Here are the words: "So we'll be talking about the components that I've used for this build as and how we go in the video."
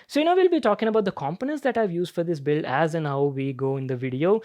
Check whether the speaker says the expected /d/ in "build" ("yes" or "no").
no